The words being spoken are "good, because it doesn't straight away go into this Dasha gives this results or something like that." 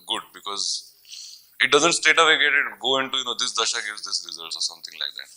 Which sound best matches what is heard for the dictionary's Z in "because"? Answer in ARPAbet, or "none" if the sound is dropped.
Z